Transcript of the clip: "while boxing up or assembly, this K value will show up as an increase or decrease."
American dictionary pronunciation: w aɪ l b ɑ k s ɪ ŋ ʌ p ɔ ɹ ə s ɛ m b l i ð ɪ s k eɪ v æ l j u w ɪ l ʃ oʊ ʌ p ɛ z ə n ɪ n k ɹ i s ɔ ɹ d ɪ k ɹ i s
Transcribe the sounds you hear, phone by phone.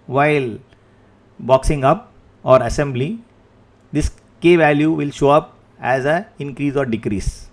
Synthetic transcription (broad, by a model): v aɪ l b ɑ k s ɪ ŋ ʌ p ɔ ɹ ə s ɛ m b l i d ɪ s k eɪ v æ l j u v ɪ l ʃ oʊ ʌ p ɛ z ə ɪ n k ɹ i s ɔ ɹ d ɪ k ɹ i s